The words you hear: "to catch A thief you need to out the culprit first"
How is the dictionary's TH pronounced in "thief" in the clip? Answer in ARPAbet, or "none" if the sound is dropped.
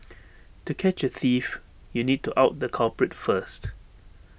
TH